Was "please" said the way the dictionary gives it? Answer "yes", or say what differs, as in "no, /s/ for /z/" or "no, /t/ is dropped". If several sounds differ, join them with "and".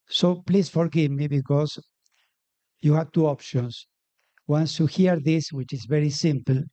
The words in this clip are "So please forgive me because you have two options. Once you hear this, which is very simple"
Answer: no, /s/ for /z/